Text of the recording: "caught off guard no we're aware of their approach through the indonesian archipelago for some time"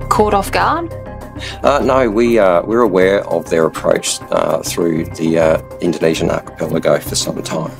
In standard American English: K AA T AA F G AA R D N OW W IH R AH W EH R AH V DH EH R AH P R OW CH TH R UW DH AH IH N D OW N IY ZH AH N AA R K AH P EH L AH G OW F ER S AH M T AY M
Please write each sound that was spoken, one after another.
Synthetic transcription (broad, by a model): K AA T AA F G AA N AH N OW W IH R AH W EH R AH V DH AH R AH P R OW CH TH R UW DH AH IH N D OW N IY ZH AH N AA K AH P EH L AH G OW F ER S AH M T AY M